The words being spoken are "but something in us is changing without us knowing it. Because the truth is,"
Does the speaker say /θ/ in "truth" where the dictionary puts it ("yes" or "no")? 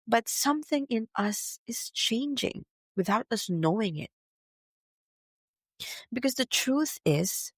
yes